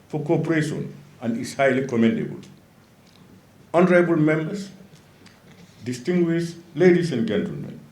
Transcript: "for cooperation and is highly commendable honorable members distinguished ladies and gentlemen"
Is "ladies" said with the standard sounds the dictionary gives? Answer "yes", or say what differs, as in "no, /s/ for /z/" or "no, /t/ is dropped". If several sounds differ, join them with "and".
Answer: no, /s/ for /z/